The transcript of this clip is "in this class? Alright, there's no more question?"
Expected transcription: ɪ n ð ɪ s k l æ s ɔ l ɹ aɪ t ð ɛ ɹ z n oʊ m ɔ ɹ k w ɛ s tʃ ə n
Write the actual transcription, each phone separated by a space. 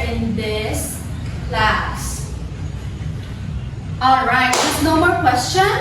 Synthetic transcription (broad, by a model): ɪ n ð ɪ s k l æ s ɔ l ɹ aɪ t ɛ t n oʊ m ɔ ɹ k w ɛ s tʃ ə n